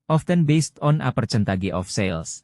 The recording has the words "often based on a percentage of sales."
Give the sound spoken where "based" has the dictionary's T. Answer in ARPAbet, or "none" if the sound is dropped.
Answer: T